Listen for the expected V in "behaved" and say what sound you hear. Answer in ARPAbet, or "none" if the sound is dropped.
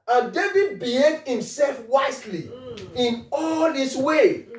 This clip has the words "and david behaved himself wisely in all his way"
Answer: none